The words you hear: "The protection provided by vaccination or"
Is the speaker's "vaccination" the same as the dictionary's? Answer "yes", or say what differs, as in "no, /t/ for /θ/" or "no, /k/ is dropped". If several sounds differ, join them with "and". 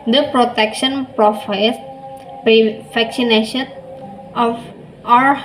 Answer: no, /f/ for /v/